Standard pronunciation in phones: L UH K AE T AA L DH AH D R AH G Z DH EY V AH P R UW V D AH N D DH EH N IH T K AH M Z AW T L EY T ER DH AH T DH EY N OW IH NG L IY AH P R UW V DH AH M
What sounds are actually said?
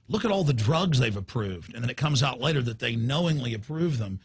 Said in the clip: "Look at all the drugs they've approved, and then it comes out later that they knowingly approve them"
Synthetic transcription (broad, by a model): L UH K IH T AA L DH AH D R AH G Z DH EY V AH P R UW V D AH N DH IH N IH T K AH M Z AW T L EY T ER DH AH T DH EY N OW IH NG L IY AH P R UW V DH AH M